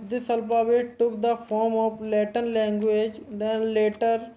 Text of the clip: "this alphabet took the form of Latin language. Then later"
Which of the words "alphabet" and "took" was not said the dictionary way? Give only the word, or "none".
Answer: alphabet